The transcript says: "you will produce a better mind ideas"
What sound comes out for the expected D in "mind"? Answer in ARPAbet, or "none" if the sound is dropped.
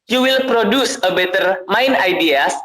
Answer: none